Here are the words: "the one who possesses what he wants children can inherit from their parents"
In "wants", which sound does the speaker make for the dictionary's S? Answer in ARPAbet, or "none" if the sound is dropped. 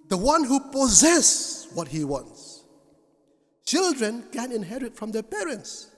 S